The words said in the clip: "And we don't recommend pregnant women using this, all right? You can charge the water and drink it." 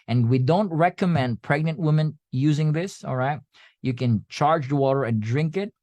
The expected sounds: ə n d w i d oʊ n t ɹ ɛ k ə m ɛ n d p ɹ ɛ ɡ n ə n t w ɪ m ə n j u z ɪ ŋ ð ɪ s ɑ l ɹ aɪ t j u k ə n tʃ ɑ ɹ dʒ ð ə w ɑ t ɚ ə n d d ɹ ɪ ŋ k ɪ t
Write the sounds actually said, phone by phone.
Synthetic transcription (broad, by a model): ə n w i d oʊ n t ɹ ɛ k ə m ɛ n d p ɹ ɛ ɡ n ə n t w ɪ m ə n j u z ɪ ŋ ð ɪ s ɑ l ɹ aɪ t j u k ə n tʃ ɑ ɹ dʒ ð ə w ɑ t ɚ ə n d d ɹ ɪ ŋ k ɪ t